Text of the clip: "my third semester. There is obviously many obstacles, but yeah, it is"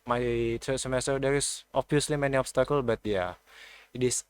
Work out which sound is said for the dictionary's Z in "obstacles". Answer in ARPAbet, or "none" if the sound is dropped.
none